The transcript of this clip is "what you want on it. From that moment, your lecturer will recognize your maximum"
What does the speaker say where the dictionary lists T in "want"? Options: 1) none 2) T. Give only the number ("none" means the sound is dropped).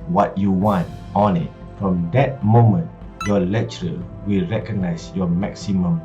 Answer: 2